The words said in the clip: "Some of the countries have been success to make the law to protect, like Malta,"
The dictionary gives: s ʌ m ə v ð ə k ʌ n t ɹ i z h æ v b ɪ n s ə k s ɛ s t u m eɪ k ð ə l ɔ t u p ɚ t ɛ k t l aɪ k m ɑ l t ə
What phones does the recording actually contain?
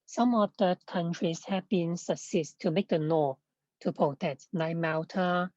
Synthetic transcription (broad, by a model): s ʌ m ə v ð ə k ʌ n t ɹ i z h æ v b ɪ n s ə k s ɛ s t u m eɪ k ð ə n ɔ t u p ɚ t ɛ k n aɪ m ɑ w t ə